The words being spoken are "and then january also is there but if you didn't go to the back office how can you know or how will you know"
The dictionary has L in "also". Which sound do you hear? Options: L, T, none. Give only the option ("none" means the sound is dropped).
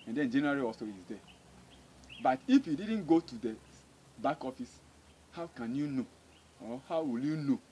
none